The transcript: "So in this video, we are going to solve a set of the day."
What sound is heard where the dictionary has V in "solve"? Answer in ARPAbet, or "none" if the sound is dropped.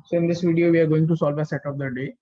V